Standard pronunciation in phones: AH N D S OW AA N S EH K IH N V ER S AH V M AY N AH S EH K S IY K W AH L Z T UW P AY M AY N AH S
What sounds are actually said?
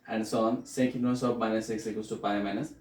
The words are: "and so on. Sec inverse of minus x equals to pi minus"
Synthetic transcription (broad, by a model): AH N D S OW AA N S EH K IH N ER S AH P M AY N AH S EH K S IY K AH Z T UW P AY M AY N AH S